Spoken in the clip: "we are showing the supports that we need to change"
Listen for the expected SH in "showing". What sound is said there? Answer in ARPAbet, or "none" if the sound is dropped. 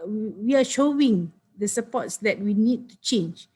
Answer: SH